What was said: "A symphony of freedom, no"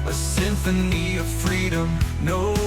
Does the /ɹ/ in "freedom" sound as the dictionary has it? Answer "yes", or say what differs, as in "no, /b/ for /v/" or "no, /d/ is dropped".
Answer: yes